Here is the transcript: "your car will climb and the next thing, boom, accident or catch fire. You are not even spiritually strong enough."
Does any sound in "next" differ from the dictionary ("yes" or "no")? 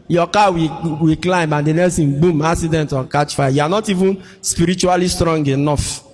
yes